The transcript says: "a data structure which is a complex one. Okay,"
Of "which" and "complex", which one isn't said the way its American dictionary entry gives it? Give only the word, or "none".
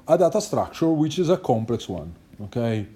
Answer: none